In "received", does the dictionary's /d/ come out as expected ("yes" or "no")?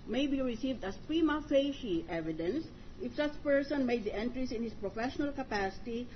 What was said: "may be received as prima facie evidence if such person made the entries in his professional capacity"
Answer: yes